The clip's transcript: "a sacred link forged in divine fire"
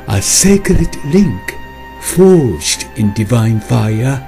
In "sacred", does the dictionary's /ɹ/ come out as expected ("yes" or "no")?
no